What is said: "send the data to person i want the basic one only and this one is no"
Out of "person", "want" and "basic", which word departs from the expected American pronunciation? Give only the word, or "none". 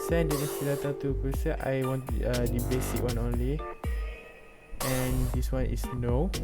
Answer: person